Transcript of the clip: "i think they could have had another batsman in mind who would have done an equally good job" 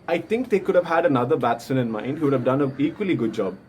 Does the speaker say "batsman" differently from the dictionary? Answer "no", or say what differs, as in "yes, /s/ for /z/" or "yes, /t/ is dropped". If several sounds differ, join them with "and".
yes, /m/ is dropped